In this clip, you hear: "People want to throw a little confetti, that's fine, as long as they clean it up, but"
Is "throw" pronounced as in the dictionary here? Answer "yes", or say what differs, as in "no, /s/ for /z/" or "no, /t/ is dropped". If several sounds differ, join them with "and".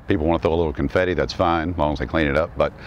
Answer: no, /ɹ/ is dropped